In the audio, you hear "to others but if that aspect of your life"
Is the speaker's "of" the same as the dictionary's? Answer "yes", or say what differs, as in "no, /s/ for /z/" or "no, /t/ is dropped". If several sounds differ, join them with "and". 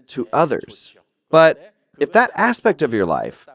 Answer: yes